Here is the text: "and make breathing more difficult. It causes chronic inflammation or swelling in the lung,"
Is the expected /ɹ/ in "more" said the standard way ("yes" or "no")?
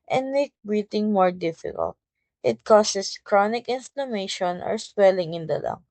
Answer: yes